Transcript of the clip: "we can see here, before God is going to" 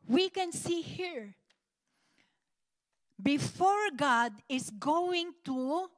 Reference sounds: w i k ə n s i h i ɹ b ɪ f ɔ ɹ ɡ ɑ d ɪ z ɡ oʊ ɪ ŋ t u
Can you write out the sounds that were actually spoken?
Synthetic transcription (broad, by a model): w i k ə n s i h i ɹ b ɪ f ɔ ɹ ɡ ɑ d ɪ s ɡ oʊ ɪ ŋ t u